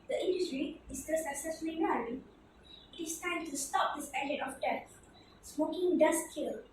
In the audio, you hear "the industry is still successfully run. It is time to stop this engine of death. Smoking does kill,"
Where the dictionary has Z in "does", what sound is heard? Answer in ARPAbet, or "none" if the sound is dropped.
S